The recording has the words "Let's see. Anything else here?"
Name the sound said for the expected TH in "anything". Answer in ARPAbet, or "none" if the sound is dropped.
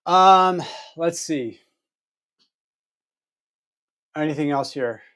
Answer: TH